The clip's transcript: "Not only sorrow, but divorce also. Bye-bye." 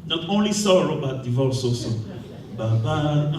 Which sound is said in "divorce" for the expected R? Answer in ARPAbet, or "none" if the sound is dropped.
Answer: L